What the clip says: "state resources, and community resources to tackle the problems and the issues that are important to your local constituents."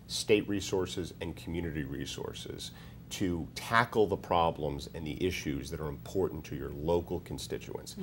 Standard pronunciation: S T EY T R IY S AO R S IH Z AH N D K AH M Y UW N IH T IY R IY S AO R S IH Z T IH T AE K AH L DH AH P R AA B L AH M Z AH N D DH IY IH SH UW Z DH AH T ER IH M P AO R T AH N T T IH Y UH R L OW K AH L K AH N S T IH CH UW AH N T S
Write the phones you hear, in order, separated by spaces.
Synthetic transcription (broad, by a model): S T EY T R IY S AO R S IH Z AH N K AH M Y UW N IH T IY R IY S AO R S IH Z T IH T AE K L DH AH P R AA B L AH M Z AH N DH IY IH SH UW Z DH AH T ER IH M P AO R T N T T IH Y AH R L OW K L K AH N S T IH CH UW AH N S